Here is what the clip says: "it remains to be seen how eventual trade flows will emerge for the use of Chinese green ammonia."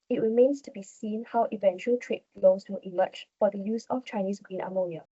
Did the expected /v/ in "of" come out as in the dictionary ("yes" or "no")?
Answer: no